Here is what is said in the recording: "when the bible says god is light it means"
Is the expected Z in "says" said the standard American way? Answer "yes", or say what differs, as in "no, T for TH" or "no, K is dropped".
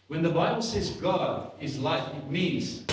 yes